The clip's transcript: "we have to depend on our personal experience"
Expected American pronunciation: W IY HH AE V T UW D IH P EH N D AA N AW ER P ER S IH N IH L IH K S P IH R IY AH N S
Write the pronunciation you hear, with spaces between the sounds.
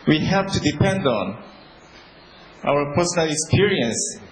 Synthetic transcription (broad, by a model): W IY HH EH P T UW D IH P EH N D AA N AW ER P ER S IH N IH L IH K S P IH R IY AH N S